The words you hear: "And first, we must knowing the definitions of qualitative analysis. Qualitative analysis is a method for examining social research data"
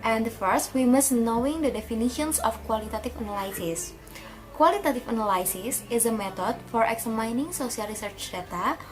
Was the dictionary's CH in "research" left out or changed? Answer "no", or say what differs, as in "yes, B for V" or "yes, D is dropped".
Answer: no